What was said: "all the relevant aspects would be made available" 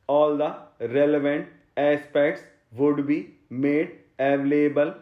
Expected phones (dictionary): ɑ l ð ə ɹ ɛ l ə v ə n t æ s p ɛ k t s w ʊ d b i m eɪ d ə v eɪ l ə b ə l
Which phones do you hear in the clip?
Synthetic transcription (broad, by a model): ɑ l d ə ɹ ɛ l ə v ə n t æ s p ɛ k t s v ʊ d b i m eɪ d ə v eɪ l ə b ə l